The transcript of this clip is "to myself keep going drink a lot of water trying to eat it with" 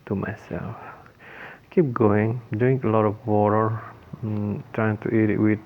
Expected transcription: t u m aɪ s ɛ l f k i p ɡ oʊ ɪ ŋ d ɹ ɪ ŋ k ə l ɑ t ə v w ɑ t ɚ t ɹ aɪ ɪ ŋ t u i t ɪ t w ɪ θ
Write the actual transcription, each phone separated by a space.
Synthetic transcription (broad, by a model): t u m aɪ s ɛ l f k i p ɡ oʊ ɪ ŋ d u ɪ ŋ ə l ɑ t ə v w ɑ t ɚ t ɹ aɪ ɪ ŋ t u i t ɪ t w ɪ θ